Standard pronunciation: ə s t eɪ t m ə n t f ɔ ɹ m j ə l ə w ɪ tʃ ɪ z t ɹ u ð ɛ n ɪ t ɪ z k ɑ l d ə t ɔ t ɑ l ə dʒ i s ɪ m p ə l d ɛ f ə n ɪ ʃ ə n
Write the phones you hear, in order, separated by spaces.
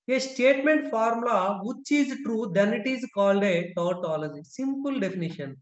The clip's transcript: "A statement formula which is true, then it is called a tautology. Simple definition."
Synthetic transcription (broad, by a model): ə s t eɪ t m ə n t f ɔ ɹ m l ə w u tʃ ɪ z t ɹ u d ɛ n ɪ t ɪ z k ɑ l d ə t ɔ t ɑ l ə dʒ i s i m p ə l d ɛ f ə n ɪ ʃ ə n